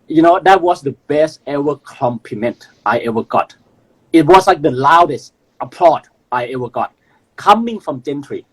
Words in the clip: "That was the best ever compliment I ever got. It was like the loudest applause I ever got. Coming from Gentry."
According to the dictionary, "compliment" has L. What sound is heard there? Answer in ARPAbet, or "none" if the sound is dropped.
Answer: none